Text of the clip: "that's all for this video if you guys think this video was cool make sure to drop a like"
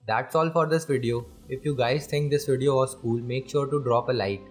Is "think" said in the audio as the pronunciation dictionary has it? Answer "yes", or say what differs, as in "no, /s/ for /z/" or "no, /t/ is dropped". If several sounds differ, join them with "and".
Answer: no, /s/ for /θ/